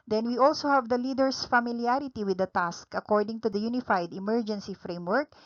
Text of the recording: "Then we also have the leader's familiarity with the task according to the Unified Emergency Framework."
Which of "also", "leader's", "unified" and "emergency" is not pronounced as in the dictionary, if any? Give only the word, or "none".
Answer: leader's